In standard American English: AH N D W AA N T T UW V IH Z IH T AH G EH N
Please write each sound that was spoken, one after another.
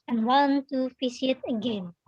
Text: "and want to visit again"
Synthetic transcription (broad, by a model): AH N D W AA N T T UW F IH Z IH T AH G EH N